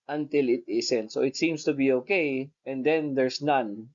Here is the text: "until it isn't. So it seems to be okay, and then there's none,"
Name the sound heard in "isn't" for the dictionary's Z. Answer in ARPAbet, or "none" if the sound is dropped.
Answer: S